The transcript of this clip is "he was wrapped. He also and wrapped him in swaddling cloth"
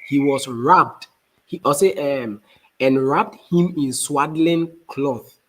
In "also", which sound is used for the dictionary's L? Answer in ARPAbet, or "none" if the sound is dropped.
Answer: none